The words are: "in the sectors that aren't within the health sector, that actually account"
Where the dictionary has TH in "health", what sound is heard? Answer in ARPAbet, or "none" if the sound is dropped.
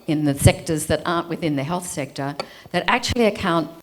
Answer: TH